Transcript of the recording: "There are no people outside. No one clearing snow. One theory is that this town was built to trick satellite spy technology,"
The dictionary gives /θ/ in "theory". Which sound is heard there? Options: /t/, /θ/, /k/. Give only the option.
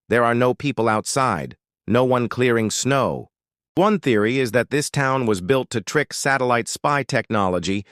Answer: /θ/